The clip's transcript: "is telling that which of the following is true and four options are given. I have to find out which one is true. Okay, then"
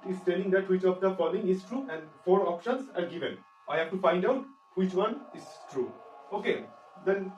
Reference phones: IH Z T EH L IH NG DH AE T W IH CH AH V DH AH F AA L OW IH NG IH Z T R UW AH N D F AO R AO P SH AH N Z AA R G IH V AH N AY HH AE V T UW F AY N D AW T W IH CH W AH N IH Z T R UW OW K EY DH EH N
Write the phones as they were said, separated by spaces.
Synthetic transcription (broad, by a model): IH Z T EH L IH NG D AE T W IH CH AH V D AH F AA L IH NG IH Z T R UW AH N D F AO R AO P SH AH N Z AA R G IH V AH N AY HH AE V T UW F AY N D AW T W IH CH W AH N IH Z T R UW OW K EY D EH N